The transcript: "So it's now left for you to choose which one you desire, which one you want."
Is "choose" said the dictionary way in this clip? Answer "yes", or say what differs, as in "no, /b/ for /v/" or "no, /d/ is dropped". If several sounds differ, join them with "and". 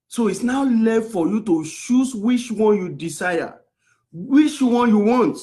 no, /ʃ/ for /tʃ/